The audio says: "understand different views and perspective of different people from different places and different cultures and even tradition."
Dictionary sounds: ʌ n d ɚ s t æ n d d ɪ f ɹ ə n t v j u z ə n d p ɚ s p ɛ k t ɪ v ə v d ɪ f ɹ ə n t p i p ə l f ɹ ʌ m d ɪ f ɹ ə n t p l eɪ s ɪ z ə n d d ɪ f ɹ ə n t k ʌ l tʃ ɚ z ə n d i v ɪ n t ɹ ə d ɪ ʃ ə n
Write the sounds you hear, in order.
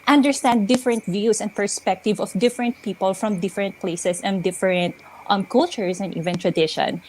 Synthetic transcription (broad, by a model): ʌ n d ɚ s t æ n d d ɪ f ɹ ə n t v j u s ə n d p ɚ s p ɛ k t ɪ v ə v d ɪ f ɹ ə n t p i p ə l f ɹ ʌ m d ɪ f ɹ ə n t p l eɪ s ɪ s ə n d d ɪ f ɹ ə n t k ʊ l tʃ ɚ s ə n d i v ɪ n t ɹ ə d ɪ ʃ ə n